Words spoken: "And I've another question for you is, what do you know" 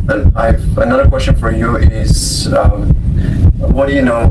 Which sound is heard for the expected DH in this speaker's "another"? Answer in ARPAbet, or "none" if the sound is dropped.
DH